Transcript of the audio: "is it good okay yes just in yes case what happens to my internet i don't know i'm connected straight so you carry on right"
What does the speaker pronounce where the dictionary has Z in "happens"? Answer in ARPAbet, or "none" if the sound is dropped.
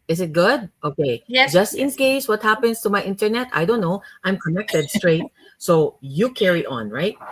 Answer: S